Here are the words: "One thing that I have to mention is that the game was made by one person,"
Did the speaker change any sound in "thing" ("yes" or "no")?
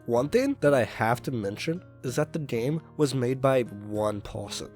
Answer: no